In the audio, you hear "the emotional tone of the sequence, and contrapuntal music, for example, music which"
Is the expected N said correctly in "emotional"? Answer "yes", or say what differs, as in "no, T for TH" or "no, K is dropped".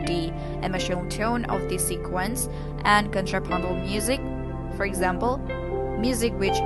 no, N is dropped